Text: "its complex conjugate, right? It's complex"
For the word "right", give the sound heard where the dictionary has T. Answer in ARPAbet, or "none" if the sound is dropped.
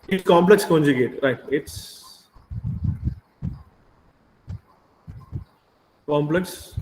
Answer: T